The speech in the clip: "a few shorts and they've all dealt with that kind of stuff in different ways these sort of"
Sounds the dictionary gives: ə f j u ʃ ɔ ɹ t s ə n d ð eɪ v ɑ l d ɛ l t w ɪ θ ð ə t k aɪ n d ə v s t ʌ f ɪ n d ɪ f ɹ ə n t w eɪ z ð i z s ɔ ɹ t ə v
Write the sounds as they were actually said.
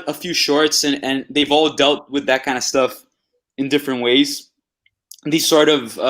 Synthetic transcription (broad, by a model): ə f j u ʃ ɔ ɹ t s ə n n ð eɪ v ɑ l d ɛ l t w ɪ ð ə t k aɪ n d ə s t ʌ f ɪ n d ɪ f ɹ ə n t w eɪ z ð i z s ɔ ɹ t ə v